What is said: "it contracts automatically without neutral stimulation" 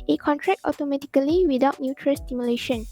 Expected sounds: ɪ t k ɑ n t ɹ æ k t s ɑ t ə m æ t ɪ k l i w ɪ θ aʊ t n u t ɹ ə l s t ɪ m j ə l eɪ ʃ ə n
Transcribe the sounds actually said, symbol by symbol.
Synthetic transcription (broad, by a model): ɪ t k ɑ n t ɹ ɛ k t ɑ t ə m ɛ t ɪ k l i w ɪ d aʊ t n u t ɹ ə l s t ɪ m j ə l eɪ ʃ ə n